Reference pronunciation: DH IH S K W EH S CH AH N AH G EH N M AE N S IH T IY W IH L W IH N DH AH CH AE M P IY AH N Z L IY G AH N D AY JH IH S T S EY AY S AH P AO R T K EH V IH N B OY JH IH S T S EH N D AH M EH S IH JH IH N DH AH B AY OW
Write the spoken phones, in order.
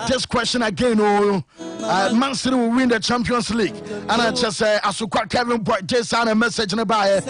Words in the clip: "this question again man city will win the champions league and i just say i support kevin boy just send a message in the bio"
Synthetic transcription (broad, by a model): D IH S K W EH S CH AH N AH G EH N M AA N S IH T IY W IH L W IH N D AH CH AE M P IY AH N S L IY G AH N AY CH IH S S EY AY S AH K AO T K EH V IH N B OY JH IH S S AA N AH M EH S IH JH IH N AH B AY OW